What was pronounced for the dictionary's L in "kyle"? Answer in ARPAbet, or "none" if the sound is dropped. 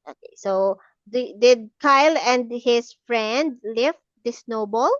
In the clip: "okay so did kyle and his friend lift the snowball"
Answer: L